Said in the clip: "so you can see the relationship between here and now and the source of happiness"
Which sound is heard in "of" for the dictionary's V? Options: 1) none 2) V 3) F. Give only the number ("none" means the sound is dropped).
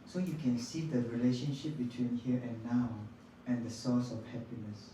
3